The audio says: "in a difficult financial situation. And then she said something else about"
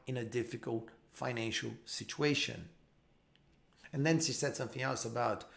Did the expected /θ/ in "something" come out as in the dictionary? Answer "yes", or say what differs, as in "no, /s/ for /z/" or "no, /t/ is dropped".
yes